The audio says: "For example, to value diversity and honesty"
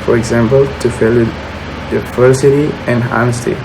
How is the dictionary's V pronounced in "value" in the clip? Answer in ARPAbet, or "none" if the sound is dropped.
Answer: F